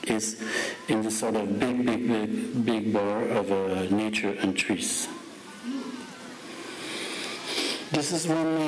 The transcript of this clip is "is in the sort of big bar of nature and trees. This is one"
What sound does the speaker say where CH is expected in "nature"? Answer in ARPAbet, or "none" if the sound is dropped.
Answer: CH